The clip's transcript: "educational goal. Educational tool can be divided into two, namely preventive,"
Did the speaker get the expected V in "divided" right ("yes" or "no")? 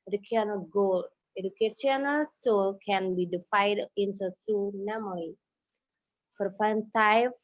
no